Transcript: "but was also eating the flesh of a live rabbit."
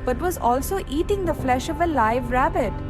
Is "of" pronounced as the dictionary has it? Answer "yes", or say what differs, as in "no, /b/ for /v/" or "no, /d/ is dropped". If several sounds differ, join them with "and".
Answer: yes